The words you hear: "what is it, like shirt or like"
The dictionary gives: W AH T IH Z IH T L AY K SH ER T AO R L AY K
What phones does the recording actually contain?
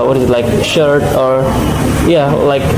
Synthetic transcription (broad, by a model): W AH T IH Z IH T L AY K SH ER T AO R L AY K